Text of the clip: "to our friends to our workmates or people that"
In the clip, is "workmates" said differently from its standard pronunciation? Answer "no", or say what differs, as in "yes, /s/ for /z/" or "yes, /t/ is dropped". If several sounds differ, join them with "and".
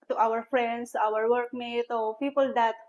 yes, /s/ is dropped